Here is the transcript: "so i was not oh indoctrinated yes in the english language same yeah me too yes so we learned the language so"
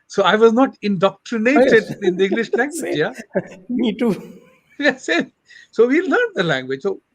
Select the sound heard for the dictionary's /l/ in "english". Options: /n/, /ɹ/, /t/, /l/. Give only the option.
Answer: /l/